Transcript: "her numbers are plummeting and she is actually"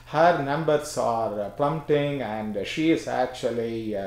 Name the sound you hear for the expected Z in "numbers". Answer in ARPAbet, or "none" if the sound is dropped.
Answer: S